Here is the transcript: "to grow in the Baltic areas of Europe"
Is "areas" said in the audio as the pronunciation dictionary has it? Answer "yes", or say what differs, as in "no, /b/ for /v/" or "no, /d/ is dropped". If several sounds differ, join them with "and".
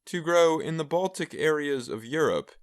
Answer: yes